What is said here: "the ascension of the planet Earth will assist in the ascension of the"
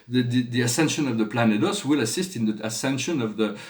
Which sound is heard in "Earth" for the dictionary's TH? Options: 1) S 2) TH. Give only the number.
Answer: 1